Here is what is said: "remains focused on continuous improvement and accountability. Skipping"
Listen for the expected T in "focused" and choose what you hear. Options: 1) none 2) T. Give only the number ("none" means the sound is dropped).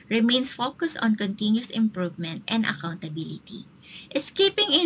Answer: 2